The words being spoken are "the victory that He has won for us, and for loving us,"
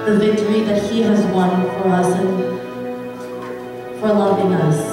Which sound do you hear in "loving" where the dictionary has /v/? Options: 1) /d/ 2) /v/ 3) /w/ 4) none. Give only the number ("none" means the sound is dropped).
4